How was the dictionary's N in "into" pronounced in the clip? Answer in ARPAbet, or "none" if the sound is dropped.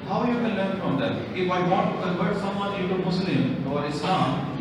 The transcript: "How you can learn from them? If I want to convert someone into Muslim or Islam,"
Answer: none